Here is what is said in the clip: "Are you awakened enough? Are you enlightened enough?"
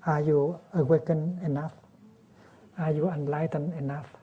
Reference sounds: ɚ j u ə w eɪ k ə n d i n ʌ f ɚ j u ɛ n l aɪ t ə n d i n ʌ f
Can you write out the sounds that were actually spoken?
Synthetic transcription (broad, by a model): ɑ j u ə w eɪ k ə n i n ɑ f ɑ j u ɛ n l aɪ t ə n i n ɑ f